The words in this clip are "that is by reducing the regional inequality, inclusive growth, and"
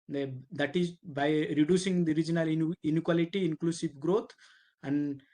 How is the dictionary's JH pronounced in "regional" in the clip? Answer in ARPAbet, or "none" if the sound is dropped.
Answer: JH